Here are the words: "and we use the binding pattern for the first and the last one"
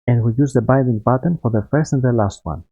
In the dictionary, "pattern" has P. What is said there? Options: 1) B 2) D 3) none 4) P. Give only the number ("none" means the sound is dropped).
1